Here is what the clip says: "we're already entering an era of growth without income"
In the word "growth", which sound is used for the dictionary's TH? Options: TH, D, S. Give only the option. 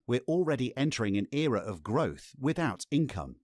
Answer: TH